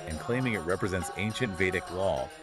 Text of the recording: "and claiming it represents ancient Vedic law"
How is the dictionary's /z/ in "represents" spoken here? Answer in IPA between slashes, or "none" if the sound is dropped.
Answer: /z/